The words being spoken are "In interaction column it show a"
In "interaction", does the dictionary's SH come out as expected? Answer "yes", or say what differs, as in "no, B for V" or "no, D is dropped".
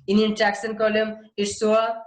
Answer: no, S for SH